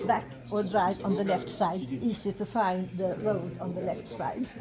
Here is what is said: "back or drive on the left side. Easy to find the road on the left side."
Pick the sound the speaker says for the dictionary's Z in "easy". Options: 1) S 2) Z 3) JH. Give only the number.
1